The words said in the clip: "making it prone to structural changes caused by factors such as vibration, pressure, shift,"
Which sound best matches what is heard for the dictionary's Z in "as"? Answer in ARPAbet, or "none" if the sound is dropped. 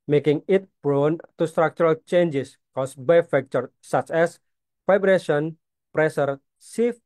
S